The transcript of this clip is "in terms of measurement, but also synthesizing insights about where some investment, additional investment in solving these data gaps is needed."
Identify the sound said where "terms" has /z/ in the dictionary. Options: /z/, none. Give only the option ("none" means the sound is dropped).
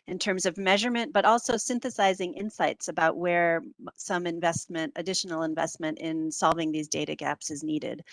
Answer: /z/